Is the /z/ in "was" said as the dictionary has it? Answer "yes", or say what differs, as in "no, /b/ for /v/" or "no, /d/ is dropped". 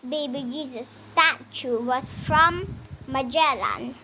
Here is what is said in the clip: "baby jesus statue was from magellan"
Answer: no, /s/ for /z/